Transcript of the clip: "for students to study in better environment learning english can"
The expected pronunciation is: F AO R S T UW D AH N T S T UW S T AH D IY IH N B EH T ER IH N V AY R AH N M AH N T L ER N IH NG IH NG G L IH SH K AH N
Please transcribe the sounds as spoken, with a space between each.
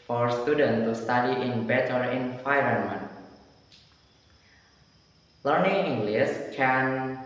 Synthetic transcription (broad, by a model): F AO R S T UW D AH N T T UW S T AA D IY IH N B EH T ER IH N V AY R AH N M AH N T L ER N IH NG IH NG G L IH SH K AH N